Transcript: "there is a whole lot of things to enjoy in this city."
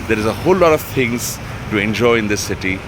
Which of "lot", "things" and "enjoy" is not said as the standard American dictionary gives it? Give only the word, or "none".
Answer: things